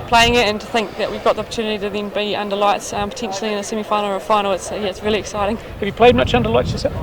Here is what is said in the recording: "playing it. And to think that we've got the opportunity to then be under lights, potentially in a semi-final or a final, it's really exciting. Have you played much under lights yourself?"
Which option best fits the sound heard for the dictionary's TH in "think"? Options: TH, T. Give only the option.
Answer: TH